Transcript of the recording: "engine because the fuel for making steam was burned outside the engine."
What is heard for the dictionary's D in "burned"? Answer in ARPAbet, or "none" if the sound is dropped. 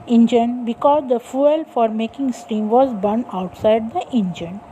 none